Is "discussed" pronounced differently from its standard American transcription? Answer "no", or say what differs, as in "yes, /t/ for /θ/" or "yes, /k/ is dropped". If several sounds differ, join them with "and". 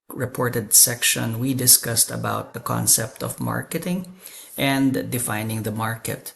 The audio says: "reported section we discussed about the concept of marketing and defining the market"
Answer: no